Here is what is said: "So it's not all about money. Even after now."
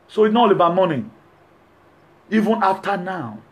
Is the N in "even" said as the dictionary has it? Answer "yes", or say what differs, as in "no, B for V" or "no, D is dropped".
yes